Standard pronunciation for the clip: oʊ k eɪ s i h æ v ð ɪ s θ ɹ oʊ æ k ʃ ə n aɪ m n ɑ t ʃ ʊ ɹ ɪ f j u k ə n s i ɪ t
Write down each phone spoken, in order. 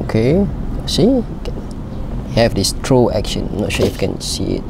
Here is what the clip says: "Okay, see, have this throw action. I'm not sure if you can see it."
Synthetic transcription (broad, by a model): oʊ k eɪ s i h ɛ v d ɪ s t ɹ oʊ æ k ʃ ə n n ɑ t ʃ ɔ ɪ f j k ə n s i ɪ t